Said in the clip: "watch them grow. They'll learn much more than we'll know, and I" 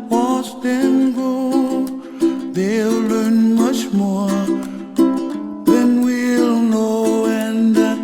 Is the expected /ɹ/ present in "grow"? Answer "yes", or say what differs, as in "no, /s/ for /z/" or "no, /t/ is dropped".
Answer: no, /ɹ/ is dropped